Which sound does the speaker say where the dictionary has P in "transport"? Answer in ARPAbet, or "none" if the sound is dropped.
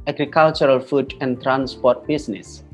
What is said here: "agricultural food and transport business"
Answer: P